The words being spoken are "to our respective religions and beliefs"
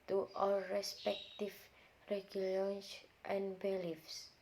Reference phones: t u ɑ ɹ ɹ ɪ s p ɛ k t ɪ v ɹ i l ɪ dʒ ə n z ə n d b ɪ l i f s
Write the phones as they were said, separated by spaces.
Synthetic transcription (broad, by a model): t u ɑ l ɹ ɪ s p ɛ k t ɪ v ɹ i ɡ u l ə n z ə n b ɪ l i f s